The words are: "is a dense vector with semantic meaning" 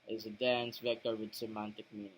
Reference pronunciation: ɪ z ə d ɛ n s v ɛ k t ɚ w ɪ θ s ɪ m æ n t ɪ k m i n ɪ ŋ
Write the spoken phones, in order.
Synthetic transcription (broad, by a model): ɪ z ə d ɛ n s v ɛ k t ɚ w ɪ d s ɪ m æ n t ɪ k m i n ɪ